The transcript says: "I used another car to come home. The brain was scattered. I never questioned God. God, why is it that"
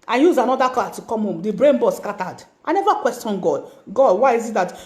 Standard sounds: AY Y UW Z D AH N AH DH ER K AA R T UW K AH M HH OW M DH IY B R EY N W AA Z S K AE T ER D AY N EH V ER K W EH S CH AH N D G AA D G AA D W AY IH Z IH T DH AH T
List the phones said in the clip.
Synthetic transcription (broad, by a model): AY Y UW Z AH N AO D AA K AA T UW K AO M HH OW M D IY B R EY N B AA S K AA T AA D AY N EH V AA K W EH S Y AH N G AA D G AA D W AY IH Z IH T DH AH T